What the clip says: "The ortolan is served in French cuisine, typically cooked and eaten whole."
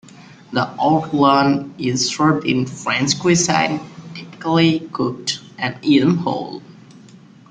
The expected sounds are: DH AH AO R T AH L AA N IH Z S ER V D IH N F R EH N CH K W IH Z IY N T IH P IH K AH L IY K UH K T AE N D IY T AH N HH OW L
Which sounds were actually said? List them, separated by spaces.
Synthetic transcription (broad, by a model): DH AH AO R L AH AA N IH Z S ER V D IH N F R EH N S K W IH S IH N T IH P IH K AH L IY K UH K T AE N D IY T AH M HH OW L